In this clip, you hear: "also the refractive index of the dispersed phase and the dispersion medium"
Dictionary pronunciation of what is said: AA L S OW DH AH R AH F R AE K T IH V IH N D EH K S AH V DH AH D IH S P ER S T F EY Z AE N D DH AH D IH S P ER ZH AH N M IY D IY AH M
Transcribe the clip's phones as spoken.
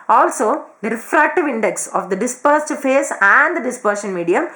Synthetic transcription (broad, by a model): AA L S OW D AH R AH F R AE K T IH V IH N D EH K S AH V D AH D IH S P ER S T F EY S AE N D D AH D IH S P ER SH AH N M IY D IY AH M